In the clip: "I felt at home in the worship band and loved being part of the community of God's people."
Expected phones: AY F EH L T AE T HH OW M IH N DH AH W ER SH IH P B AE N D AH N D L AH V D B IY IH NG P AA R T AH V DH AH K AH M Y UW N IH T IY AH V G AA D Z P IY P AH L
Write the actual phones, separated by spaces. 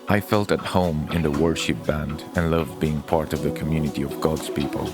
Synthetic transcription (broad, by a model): AY F EH L T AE T HH OW M IH N DH AH W ER SH IH P B AE N D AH N L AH V B IY IH NG P AA R T AH V DH AH K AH M Y UW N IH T IY AH V G AA D Z P IY P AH L